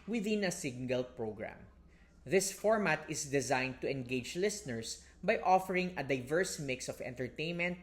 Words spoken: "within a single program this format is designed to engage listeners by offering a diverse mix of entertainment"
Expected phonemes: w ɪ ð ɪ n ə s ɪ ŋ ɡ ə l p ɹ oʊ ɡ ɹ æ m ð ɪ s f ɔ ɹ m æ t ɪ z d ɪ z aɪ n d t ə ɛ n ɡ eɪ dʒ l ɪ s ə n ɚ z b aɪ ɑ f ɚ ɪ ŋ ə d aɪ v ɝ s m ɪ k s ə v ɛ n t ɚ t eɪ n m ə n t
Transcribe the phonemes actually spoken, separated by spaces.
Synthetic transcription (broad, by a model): w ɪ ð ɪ n ə s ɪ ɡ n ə l p ɹ oʊ ɡ ɹ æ m ð ɪ s f ɔ ɹ m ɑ t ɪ s d ɪ z aɪ n d t ə ɛ n ɡ eɪ dʒ l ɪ s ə n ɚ s b aɪ ɑ f ɚ ɪ ŋ ə d aɪ v ɝ s m ɪ k s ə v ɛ n t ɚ t eɪ n m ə n t